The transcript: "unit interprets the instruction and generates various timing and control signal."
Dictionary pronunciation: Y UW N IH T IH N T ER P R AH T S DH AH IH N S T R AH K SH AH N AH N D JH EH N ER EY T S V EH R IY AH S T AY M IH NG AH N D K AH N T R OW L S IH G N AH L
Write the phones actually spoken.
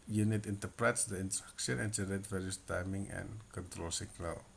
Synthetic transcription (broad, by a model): Y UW N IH T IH N T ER P R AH T S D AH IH N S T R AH K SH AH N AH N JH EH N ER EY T V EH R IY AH S T AY M IH NG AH N K AH N T R OW L S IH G N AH L